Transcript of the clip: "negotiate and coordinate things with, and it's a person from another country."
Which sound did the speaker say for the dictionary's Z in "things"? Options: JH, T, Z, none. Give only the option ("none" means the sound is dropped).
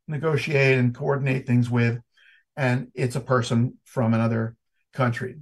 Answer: Z